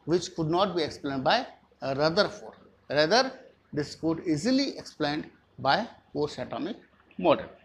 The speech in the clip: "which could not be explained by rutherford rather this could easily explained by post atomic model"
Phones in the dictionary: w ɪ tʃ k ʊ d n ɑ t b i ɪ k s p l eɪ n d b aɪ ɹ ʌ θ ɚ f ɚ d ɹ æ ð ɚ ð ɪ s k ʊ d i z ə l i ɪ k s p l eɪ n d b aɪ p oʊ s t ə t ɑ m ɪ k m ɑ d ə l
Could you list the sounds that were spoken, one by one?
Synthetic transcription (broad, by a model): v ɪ tʃ k ʊ d n ɑ t b i ɪ k s p l eɪ n d b aɪ ɹ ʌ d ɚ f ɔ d ɹ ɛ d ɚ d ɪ s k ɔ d i z ə l i ɪ k s p l eɪ n d b aɪ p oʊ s ə t ɑ m ɪ k m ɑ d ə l